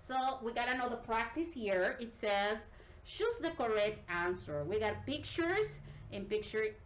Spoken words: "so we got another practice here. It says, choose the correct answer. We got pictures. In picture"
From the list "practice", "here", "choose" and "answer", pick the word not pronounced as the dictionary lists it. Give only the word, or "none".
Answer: choose